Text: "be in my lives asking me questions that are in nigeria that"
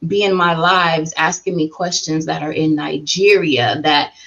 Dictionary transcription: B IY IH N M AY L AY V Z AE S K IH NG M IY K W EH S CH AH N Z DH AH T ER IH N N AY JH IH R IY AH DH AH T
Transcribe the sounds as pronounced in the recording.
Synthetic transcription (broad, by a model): B IY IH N M AY L AY V Z AE S K IH NG M IY K W EH S CH AH N Z DH AH T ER IH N N AY JH IH R IY AH DH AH T